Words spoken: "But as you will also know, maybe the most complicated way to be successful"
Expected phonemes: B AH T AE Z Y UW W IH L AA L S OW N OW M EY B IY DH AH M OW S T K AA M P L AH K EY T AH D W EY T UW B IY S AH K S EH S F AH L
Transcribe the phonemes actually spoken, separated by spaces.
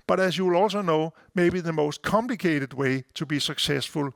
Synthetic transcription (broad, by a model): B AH T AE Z Y UW W IH L AA L S OW N OW M EY B IY DH AH M OW S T K AA M P L AH K EY T AH D W EY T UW B IY S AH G S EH S F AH L